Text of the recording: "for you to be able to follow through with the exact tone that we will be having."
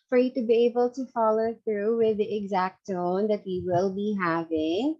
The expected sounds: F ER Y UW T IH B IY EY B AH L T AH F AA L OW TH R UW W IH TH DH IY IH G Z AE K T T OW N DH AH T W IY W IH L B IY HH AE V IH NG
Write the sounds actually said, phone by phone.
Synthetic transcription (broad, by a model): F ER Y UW T IH B IY EY B AH L T AH F AA L OW TH R UW W IH DH IY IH G Z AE K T T OW N DH AH T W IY W IH L B IY HH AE V IH NG